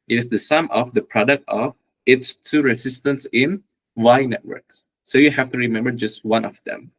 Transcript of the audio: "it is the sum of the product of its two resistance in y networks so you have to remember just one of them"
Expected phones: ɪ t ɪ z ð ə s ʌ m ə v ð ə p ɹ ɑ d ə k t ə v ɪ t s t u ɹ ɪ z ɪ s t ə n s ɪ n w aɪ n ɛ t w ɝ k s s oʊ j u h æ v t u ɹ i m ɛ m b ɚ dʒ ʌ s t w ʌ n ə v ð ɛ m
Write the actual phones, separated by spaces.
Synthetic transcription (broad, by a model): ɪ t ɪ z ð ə s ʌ m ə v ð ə p ɹ ɑ d ə k t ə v ɪ t s t u ɹ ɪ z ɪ s t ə n s ɪ n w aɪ n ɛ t w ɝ k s s oʊ j u h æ f t u ɹ i m ɛ m b ɚ dʒ ʌ s t w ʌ n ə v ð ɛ m